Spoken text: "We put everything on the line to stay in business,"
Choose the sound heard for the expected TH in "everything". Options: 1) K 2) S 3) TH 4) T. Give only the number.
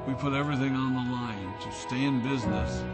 3